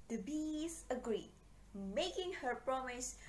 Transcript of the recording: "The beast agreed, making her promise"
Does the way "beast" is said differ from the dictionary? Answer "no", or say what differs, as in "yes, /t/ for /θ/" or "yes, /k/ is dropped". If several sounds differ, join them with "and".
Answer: yes, /t/ is dropped